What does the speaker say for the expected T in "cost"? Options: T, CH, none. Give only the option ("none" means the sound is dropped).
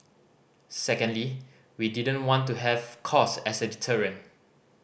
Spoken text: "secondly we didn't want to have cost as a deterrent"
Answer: none